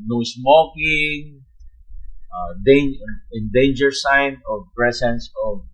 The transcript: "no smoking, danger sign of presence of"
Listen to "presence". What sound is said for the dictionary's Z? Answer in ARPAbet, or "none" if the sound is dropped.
S